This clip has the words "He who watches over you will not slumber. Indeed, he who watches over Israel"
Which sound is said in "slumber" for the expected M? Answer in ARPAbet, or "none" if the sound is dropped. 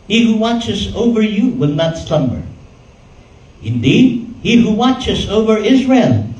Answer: M